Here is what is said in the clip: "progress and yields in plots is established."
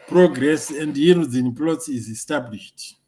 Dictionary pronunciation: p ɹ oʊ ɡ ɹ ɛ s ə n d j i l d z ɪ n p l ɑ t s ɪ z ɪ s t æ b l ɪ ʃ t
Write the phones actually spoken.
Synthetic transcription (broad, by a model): p ɹ oʊ ɡ ɹ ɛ s ə n d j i d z ɪ n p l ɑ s ɪ z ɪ s t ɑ b l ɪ ʃ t